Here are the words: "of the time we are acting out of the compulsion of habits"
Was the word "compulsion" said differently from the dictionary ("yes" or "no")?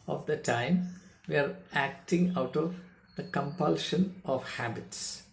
no